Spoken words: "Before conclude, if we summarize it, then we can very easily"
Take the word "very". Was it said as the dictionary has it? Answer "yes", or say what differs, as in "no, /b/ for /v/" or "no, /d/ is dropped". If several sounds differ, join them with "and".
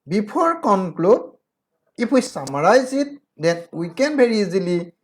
no, /b/ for /v/